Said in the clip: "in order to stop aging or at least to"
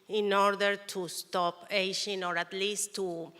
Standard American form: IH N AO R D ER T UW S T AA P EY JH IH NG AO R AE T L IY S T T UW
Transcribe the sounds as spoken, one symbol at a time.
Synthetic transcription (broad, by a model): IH N AO R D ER T UW S T AA P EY SH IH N AO R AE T L IY S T T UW